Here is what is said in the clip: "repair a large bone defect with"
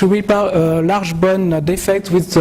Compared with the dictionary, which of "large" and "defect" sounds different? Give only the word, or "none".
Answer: large